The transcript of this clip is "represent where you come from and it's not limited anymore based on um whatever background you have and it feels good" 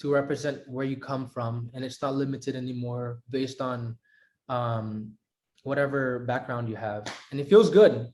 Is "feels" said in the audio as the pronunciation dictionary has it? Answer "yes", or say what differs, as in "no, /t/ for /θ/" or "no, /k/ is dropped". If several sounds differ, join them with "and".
yes